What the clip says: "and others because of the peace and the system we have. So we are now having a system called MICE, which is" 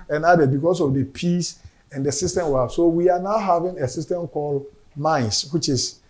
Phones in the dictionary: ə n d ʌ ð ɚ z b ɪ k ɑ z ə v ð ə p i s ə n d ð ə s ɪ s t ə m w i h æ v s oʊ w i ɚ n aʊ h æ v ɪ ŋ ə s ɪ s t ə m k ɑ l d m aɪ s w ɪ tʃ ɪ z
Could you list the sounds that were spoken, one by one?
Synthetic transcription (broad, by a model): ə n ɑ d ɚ b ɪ k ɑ s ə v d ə p i s ə n d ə s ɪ s t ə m w i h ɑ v s oʊ w i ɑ n aʊ h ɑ v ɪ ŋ ə s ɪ s t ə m k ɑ l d m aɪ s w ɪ tʃ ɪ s